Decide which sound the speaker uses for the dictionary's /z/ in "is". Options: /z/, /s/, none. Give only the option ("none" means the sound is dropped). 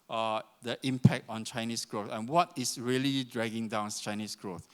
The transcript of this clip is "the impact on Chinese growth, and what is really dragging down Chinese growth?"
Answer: /s/